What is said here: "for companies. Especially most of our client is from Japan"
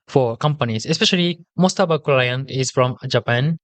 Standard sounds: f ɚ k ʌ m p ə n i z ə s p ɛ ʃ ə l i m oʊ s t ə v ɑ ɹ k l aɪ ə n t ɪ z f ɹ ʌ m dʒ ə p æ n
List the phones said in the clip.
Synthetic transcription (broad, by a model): f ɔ k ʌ m p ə n i s ə s p ɛ ʃ ə l i m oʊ s t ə b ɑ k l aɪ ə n ɪ s f ɹ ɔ m dʒ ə p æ n